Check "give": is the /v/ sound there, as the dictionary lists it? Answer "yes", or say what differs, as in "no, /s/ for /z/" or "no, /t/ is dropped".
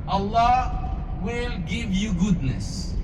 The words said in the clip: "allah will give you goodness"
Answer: yes